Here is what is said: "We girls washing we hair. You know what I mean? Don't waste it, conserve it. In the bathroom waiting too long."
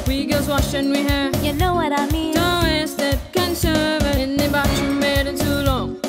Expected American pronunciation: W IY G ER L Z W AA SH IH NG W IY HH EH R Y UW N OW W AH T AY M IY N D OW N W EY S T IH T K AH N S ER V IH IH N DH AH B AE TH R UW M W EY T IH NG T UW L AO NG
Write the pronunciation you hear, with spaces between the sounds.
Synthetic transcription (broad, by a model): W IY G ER Z W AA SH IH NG W IY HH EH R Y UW N OW W AH T AY M IY N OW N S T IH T K AH N S ER V IH IH N DH AH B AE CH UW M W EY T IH T UW L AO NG